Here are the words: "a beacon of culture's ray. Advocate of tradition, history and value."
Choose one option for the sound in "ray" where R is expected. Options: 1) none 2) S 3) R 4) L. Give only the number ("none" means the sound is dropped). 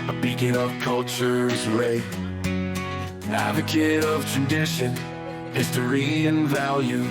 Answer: 4